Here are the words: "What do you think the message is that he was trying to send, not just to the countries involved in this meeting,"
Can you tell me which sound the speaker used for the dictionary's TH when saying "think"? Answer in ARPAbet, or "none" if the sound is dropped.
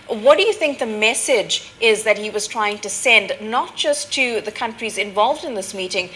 TH